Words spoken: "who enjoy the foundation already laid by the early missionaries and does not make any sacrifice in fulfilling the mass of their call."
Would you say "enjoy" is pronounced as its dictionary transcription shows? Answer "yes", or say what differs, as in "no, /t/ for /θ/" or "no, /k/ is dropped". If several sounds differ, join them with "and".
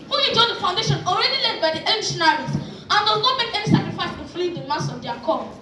no, /n/ is dropped